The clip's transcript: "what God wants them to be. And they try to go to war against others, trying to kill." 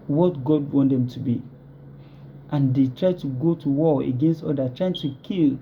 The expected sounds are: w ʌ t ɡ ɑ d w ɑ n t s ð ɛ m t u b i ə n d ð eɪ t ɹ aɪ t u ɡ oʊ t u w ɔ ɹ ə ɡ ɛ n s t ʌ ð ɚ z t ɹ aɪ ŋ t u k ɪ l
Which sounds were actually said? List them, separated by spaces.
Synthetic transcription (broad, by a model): w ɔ t ɡ ɑ d w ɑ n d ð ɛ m t u b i ə n d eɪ t ɹ aɪ t u ɡ oʊ t u w ɔ ə ɡ ɛ n s t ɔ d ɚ t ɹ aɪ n t u k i l